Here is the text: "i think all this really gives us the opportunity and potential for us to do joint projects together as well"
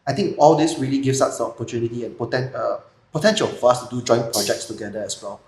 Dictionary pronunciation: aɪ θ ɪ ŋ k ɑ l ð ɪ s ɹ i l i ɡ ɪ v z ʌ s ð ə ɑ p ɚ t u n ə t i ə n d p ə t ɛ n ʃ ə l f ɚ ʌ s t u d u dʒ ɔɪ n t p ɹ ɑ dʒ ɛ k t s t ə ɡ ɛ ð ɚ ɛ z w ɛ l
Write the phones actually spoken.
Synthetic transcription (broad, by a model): aɪ t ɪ ŋ k ɑ l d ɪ s ɹ i l i ɡ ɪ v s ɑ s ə ɑ p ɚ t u n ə t i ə n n p ə t ɛ n ʃ ə l f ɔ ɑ s t u d u dʒ ɔɪ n p ɹ ɑ dʒ ɛ k t s t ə ɡ ɛ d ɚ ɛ s w ɛ l